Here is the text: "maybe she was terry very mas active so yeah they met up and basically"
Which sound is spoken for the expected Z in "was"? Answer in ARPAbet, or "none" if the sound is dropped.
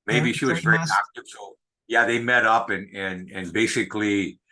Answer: Z